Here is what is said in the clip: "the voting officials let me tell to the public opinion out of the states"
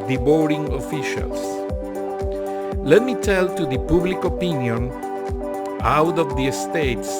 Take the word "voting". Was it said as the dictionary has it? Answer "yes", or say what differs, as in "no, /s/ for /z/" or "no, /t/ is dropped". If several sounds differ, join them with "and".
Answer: no, /b/ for /v/